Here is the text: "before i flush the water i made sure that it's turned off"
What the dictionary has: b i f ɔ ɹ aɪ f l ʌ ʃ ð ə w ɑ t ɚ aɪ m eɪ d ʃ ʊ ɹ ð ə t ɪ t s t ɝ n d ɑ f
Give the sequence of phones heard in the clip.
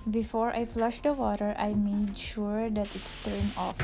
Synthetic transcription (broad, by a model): b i f ɔ ɹ aɪ f l ʌ ʃ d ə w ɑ t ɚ aɪ m eɪ d ʃ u ɹ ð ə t ɪ t s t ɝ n ɑ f